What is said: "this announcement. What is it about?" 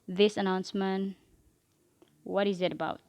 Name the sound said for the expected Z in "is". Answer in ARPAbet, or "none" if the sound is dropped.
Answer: Z